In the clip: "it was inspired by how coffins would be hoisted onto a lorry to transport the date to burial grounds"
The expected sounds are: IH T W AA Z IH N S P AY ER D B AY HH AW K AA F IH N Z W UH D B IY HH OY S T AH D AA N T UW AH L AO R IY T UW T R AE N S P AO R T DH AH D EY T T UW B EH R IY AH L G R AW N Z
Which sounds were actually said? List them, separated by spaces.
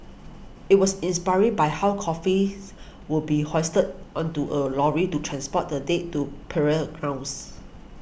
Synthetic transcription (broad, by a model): IH T W AA S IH N S P AY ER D B AY HH AW K AA F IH W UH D B IY HH OY S T AH D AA N T UW AH L AO R IY T UW T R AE N S P AO T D AH D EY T T UW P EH R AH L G R AW N S